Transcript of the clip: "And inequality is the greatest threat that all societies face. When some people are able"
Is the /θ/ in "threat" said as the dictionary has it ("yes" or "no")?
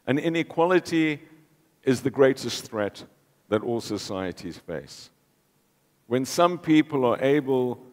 yes